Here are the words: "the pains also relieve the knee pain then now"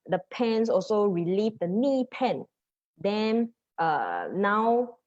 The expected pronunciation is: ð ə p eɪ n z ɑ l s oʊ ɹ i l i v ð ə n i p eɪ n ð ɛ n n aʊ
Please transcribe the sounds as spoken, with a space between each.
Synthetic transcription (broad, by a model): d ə p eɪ n s ɑ l s oʊ ɹ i l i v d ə n i p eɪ n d ɛ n n aʊ